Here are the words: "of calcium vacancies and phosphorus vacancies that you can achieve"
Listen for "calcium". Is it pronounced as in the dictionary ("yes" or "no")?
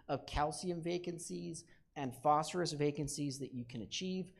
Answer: yes